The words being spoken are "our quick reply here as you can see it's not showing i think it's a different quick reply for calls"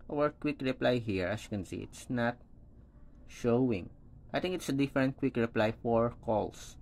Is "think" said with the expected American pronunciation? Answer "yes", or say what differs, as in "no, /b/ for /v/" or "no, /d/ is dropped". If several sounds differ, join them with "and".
no, /t/ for /θ/